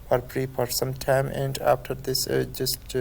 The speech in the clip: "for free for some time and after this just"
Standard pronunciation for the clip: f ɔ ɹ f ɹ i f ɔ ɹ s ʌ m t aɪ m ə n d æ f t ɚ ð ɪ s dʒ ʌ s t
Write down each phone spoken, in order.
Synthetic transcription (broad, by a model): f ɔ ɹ p ɹ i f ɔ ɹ s ʌ m t aɪ m ə n d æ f t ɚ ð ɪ s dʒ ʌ s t